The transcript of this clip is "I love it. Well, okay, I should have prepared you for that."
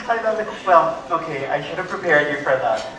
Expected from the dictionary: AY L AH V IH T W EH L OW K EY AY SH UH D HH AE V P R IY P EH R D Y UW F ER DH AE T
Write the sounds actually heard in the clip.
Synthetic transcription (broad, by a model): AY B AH IH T W EH L OW K EY AY SH UH D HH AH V P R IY P EH R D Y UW F ER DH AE T